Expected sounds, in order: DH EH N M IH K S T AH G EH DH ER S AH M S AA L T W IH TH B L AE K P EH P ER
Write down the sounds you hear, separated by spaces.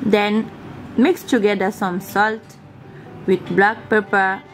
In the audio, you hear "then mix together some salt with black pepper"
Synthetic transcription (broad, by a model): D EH N M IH K S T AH G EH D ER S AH M S AA L T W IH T B L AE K P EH P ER